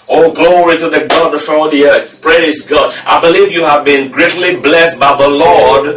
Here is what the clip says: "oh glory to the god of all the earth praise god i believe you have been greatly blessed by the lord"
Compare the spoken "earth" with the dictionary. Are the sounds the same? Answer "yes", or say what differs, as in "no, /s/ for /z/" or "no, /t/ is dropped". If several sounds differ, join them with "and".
yes